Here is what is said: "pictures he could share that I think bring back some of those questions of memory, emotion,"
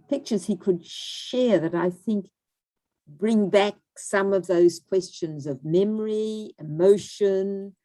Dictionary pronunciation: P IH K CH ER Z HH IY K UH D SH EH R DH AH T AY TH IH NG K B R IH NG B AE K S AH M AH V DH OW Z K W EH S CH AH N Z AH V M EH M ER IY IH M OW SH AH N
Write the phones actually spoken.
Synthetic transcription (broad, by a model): P IH K CH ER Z HH IY K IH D SH EH R DH AH T AY TH IH NG K B R IH NG B AE K S AH M AH V DH OW Z K W EH S CH AH N Z AH V M EH M ER IY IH M OW SH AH N